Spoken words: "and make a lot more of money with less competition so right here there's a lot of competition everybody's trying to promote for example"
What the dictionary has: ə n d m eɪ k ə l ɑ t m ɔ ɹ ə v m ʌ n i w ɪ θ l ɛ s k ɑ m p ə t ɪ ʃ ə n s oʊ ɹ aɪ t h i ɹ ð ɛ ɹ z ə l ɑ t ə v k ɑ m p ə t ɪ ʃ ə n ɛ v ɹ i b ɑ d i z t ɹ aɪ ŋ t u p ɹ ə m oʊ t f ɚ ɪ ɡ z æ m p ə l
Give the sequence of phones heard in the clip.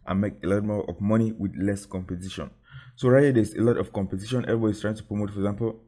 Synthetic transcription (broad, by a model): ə n m eɪ k ə l ɑ t m ɔ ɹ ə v m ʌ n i w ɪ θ l ɛ s k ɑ m p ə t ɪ ʃ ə n s oʊ ɹ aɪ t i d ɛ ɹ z ə l ɑ t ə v k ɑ m p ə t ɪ ʃ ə n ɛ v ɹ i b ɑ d i s t ɹ aɪ ŋ t u p ɹ ə m oʊ t f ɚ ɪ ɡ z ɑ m p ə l